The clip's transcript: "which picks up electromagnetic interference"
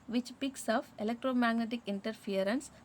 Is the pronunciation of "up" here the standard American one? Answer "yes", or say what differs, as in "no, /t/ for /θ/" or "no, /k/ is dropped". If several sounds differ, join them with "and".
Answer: no, /f/ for /p/